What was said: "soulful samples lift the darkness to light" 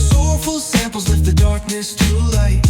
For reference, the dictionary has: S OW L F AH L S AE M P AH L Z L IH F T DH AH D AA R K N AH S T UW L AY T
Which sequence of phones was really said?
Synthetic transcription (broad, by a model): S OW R F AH L S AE M P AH L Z W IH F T DH AH D AA R K N AH S T UW L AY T